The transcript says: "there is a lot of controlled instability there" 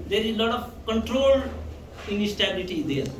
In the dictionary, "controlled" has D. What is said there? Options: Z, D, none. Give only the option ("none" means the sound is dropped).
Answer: none